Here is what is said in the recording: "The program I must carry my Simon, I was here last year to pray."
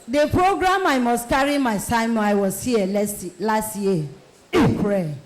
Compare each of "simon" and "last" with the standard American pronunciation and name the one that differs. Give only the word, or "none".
simon